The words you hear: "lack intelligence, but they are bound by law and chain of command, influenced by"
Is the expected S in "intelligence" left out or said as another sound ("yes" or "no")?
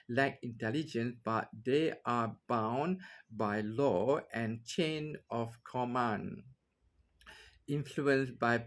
no